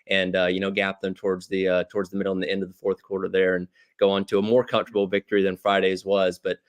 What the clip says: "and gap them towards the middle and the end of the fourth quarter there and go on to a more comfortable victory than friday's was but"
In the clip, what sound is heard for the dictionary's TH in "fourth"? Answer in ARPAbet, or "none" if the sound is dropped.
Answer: TH